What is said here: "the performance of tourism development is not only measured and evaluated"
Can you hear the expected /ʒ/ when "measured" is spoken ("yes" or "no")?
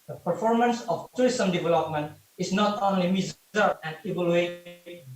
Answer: no